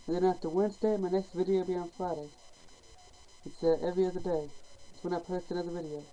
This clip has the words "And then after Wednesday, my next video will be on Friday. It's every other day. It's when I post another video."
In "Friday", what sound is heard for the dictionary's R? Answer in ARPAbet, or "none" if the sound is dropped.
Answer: none